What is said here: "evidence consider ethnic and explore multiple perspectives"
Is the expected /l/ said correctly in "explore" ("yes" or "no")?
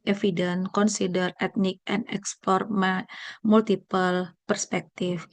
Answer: no